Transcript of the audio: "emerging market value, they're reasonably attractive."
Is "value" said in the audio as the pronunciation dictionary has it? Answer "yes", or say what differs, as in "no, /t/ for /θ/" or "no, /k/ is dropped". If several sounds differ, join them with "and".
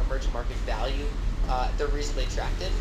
yes